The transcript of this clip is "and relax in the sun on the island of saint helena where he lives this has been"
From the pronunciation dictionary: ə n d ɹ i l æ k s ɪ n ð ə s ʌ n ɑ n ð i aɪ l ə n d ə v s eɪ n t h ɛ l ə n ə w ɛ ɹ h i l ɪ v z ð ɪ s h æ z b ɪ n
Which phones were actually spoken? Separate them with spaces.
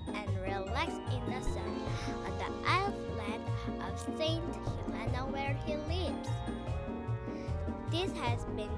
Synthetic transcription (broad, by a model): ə n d ɹ i l æ k s ɪ n ð ə s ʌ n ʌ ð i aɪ l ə d ə v s eɪ n t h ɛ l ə n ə w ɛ ɹ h i l ɪ v z ð ɪ s h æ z b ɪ n